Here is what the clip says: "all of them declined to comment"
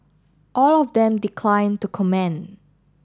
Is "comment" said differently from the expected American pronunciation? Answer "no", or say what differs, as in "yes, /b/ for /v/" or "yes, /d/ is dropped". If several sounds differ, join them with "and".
yes, /t/ is dropped